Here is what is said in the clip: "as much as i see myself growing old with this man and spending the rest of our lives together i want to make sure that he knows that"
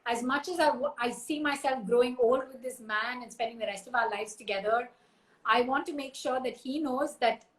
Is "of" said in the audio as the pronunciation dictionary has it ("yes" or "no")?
yes